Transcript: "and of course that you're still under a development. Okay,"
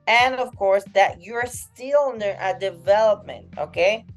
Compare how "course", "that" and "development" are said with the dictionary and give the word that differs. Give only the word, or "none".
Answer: none